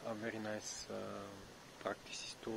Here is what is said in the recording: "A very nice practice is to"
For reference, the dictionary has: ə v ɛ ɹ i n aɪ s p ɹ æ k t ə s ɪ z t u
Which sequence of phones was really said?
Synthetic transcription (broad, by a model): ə v ɛ ɹ i n aɪ s p ɹ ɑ k t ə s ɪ s t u